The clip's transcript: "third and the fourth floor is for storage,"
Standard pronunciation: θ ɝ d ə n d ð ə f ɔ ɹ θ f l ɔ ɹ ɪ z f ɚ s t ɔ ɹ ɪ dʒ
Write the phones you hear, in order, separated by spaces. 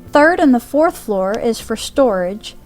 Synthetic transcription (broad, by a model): θ ɝ d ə n ð ə f ɔ ɹ θ f l ɔ ɹ ɪ z f ɚ s t ɔ ɹ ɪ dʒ